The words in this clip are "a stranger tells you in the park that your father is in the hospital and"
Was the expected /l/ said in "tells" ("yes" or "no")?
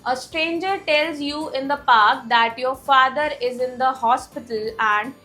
yes